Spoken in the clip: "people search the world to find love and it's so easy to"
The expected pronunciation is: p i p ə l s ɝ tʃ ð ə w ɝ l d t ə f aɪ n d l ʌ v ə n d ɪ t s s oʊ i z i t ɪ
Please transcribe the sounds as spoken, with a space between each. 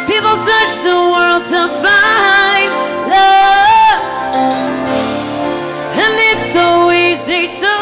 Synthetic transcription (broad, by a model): p i p l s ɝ tʃ ð ə w ɝ l d t ə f aɪ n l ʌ ə n ɪ t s s oʊ i z i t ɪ